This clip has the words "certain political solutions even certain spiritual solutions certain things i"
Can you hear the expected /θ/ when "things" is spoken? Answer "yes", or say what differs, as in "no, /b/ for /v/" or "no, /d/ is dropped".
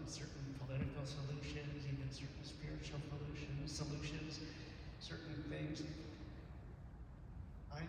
no, /f/ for /θ/